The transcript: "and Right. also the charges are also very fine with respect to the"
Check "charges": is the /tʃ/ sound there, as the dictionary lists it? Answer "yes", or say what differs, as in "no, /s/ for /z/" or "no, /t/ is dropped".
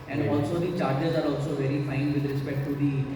yes